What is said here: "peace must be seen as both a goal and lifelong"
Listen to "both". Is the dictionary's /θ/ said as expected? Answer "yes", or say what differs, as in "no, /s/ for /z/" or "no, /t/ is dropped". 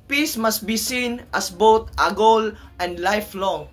no, /t/ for /θ/